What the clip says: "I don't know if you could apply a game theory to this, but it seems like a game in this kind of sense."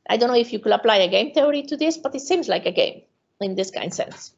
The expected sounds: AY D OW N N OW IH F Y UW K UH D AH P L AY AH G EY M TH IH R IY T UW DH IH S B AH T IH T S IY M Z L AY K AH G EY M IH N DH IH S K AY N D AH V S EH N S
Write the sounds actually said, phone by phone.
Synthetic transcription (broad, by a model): AY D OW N N OW IH F Y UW K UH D AH P L AY AH G EY M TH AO R IY T UW DH IH S B AH T IH T S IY M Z L AY K AH G EY M IH N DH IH S K AY N D S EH N S